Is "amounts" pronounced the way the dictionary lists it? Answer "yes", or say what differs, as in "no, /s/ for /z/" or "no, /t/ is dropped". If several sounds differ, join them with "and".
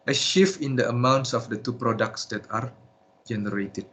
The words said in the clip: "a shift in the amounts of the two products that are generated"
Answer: yes